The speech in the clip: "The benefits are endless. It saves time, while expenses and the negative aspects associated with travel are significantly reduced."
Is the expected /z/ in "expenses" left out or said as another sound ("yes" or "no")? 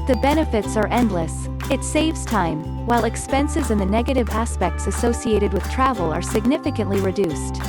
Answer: no